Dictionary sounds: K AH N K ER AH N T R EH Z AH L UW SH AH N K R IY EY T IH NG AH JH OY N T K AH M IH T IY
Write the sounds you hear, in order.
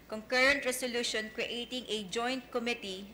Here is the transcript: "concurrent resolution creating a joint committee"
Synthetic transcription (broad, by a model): K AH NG K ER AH N T R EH S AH L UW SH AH N K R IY EY T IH NG AH JH OY N T K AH M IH T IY